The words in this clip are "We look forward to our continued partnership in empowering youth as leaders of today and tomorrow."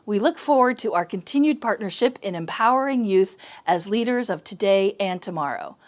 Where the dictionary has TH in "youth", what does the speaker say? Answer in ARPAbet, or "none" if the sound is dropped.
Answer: TH